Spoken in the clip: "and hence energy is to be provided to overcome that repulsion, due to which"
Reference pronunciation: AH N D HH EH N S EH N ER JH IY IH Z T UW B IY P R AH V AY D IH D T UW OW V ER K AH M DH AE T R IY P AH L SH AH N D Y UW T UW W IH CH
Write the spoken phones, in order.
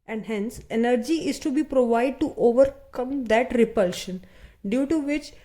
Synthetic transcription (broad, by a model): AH N D HH EH N S EH N ER JH IY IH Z T UW B IY P R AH V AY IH D T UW OW V ER K AH M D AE T R IY P AH L SH AH N D Y UW T UW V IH CH